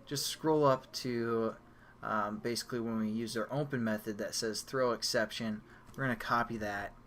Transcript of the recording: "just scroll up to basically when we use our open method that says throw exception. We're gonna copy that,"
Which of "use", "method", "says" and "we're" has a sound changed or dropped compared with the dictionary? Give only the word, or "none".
none